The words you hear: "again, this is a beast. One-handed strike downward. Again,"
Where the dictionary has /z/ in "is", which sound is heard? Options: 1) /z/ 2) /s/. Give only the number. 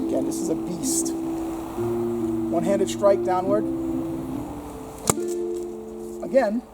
1